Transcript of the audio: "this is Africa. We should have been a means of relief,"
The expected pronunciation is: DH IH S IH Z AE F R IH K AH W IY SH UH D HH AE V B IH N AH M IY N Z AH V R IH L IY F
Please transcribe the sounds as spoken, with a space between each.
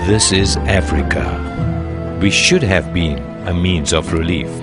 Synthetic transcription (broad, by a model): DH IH S IH Z AE F R IH K AH W IY SH UH D HH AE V B IH N AH M IY N Z AH V R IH L IY F